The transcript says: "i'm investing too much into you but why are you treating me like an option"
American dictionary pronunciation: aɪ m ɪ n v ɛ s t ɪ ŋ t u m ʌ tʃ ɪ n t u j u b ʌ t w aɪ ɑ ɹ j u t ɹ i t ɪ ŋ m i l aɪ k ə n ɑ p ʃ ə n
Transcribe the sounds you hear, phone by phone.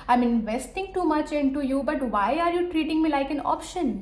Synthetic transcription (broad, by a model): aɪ m ɪ n v ɛ s t ɪ ŋ t u m ʌ tʃ ɪ n t u j u b ʌ t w aɪ ɑ ɹ j u t ɹ i t ɪ ŋ m i l aɪ k ə n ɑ p ʃ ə n